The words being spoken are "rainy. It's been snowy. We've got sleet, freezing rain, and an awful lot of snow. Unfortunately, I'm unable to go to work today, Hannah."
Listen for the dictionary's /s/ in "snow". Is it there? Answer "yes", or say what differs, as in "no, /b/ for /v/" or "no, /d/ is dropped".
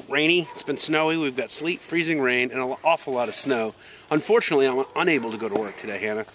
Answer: yes